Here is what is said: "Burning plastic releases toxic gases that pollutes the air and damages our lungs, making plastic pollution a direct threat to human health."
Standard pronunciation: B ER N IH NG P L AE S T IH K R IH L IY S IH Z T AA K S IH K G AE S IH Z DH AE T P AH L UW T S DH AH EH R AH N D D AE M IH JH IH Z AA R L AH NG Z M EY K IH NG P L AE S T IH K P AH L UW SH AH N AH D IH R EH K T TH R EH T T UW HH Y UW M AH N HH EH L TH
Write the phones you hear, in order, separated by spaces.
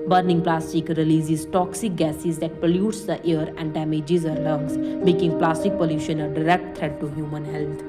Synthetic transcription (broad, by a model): B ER N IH NG P L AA S T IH K R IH L IY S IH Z T AA K S IH K G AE S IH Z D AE T P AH L UW T S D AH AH R AH N D D AE M IH JH IH Z AA R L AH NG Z M EY K IH NG P L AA S T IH K P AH L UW SH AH N AH D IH R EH K T T R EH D T UW HH Y UW M AH N HH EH L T